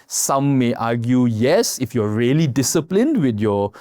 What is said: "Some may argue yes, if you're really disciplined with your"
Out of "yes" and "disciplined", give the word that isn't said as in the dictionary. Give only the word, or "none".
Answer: none